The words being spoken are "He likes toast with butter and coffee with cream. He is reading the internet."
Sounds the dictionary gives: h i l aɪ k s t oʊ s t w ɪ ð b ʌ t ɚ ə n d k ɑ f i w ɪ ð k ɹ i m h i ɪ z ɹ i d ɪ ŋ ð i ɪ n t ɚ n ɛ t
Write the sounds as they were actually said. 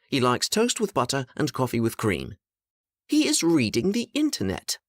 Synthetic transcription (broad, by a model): h i l aɪ k s t oʊ s t w ɪ ð b ʌ t ɚ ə n k ɑ f i w ɪ ð k ɹ i m h i ɪ z ɹ i d ɪ ŋ ð i ɪ n t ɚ n ɛ t